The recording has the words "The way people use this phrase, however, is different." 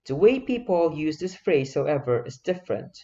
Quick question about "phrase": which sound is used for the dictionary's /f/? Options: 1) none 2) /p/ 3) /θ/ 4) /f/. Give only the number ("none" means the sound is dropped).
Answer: 4